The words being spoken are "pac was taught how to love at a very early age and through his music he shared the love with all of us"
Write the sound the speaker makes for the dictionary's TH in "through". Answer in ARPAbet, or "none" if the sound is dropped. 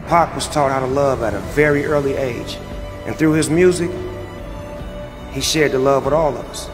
TH